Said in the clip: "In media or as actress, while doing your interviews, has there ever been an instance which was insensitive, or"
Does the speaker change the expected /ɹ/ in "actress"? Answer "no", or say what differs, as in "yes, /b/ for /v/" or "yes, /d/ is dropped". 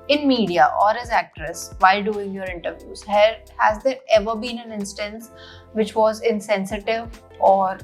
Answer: no